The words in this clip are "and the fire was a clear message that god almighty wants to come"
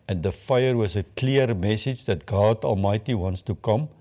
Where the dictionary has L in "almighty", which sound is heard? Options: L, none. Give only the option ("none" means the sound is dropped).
L